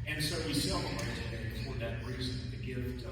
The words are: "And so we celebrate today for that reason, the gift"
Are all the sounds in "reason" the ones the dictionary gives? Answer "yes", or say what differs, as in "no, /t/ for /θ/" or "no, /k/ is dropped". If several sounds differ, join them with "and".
yes